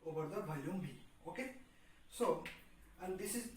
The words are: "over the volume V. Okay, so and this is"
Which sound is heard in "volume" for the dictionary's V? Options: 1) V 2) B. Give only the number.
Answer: 2